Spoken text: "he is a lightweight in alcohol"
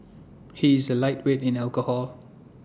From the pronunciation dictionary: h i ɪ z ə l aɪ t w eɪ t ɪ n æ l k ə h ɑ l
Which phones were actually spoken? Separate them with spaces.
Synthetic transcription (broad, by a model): h i ɪ z ə l aɪ t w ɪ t ɪ n æ l k ə h ɑ l